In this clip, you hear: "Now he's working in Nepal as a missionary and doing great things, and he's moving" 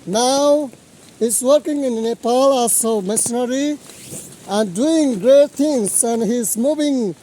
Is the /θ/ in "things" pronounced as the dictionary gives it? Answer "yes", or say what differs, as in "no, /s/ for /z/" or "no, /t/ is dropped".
no, /t/ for /θ/